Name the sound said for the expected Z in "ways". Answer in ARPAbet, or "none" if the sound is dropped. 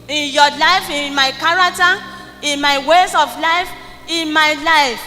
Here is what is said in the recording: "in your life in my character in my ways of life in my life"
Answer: S